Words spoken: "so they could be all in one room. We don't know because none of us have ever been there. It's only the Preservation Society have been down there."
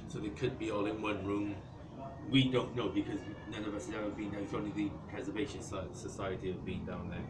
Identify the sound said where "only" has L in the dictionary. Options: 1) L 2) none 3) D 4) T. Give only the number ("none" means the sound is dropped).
2